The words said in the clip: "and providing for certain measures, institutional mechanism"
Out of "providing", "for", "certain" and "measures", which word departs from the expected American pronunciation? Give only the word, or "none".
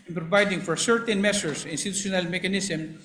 measures